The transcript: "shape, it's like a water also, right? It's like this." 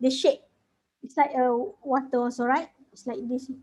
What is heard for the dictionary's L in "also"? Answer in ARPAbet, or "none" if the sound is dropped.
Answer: N